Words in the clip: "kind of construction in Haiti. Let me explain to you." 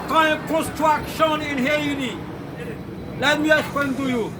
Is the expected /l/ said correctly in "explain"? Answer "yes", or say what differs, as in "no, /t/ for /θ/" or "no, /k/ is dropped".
no, /l/ is dropped